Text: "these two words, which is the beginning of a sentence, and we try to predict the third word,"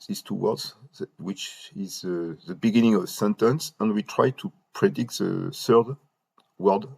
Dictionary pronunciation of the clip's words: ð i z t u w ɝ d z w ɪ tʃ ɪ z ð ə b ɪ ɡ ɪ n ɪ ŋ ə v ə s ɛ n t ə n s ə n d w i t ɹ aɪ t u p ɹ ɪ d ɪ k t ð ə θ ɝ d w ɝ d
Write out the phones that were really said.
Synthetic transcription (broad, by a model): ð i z t u w ɝ d z w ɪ tʃ ɪ z ð ə b ɪ ɡ ɪ n ɪ ŋ ə v s ɛ n t ə n s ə n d w i t ɹ aɪ t u p ɹ ɪ d ɪ k t ð ə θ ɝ d w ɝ d